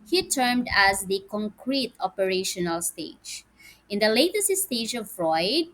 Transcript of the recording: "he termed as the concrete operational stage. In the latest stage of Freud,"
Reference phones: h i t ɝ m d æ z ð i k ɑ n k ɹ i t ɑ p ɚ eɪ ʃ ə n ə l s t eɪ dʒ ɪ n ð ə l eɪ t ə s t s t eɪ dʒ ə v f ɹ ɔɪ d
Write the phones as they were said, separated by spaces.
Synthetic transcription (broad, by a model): h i t ɝ m d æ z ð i k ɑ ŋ k ɹ i t ɑ p ɚ eɪ ʃ ə n ə l s t eɪ dʒ ɪ n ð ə l eɪ t ə s t s t eɪ dʒ ə v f ɹ ɔɪ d